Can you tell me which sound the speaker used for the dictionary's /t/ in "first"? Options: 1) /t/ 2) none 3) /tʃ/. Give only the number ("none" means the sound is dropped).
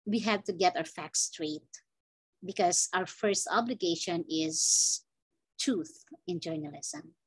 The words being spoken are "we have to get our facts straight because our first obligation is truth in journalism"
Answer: 1